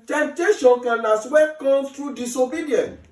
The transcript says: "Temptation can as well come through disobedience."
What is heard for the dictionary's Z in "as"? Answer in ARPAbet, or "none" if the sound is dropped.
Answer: S